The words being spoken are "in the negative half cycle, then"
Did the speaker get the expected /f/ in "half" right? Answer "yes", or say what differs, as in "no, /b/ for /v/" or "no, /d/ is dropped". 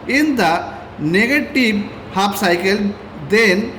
no, /p/ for /f/